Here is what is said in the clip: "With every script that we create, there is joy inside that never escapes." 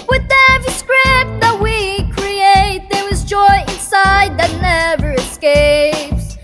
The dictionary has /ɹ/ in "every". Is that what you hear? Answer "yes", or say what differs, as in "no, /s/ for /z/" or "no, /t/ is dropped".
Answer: no, /ɹ/ is dropped